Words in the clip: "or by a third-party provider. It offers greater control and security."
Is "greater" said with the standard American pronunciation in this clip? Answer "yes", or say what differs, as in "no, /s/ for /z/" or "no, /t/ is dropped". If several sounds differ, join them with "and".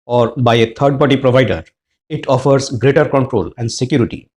yes